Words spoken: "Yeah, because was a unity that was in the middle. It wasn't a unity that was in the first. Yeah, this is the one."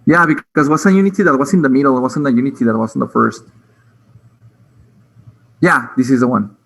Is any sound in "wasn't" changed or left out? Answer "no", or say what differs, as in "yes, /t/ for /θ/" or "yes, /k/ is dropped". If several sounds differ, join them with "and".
yes, /t/ is dropped